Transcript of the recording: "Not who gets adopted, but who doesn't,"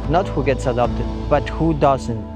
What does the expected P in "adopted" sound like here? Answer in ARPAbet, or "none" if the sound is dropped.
P